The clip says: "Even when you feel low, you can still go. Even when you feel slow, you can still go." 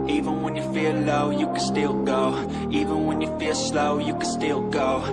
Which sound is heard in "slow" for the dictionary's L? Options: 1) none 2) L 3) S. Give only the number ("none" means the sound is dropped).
2